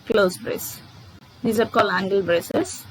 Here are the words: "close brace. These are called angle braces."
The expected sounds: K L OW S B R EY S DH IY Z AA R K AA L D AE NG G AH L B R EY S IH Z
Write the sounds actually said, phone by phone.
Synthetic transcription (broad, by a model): K L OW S B R EY S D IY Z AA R K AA L AE NG G AH L B R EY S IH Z